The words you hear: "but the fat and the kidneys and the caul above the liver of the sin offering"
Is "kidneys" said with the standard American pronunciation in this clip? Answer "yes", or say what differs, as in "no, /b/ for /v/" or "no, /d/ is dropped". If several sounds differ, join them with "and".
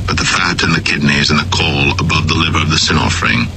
yes